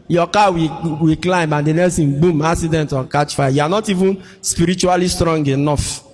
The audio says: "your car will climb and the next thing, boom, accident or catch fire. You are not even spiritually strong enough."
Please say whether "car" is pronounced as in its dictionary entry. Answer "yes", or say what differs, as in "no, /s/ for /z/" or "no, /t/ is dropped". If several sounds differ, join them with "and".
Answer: no, /w/ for /ɹ/